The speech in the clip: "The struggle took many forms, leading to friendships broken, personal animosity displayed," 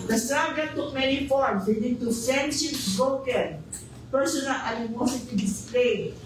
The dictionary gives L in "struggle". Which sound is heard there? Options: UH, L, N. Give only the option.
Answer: N